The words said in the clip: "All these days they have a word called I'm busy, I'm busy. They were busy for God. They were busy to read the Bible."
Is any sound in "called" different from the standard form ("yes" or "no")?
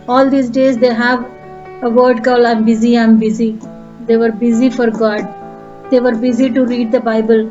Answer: yes